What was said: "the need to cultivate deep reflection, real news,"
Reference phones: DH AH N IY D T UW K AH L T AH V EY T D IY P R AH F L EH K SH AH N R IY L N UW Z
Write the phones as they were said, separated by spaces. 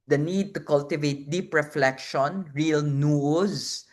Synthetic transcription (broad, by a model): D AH N IY D T UW K AH L T AH V EY T D IY P R AH F L EH K SH AH N R IY L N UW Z